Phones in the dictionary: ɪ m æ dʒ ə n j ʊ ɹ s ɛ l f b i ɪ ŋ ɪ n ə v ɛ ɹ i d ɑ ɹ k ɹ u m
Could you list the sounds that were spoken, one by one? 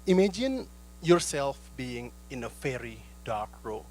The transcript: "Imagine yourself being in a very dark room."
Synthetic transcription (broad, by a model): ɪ m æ dʒ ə n j ʊ ɹ s ɛ l f b i ɪ ŋ ɪ n ə f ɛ ɹ i d ɑ ɹ k ɹ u